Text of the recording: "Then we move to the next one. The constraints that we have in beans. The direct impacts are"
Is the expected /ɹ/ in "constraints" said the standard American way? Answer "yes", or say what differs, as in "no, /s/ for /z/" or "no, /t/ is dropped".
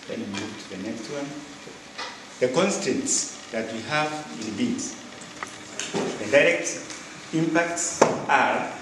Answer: no, /ɹ/ is dropped